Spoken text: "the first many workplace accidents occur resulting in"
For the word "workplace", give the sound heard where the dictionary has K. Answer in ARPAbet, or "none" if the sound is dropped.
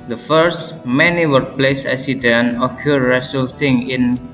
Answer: none